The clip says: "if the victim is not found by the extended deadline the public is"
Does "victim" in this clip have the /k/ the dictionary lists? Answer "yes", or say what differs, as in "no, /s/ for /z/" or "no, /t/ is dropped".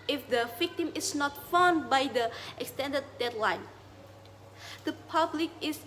yes